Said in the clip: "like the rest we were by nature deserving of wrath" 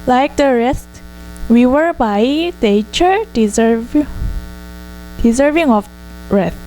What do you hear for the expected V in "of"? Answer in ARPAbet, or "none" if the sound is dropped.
B